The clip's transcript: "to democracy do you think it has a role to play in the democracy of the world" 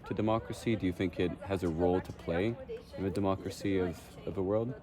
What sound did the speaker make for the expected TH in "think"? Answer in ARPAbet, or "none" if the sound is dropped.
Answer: TH